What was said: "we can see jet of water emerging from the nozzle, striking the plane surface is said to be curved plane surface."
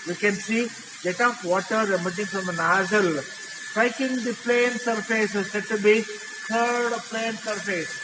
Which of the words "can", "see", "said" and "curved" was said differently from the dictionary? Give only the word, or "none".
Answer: curved